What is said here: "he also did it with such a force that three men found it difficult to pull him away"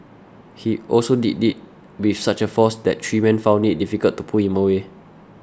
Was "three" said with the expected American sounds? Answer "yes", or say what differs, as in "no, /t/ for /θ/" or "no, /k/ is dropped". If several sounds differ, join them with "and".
no, /t/ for /θ/